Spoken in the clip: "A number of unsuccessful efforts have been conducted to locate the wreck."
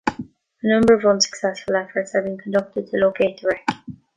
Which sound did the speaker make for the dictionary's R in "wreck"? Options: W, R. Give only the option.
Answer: R